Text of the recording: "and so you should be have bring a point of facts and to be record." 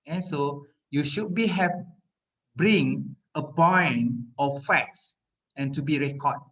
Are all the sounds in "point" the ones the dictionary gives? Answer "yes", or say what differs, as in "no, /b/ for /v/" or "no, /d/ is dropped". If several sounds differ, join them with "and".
no, /b/ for /p/